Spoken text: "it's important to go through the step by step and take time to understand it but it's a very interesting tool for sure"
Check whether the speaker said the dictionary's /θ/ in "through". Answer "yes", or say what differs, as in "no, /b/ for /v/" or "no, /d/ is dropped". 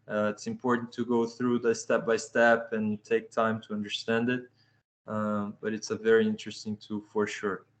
yes